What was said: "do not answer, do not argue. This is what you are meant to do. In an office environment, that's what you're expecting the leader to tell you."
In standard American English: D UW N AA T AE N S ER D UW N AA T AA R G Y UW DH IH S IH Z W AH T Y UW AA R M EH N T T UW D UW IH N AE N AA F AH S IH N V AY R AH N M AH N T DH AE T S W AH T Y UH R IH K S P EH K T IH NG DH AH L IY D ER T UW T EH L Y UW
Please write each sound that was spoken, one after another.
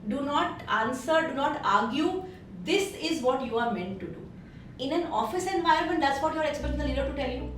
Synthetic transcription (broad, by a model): D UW N AA T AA N S ER D UW N AA T AA R G Y UW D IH S IH Z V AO T Y UW AA R M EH N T T UW D UW IH N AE N AA F AH S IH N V AY AH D M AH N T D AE T S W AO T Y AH R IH K S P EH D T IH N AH L IY D ER T UW T EH L Y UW